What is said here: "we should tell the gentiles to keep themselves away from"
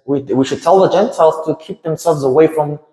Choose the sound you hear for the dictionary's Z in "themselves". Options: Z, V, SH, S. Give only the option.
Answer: Z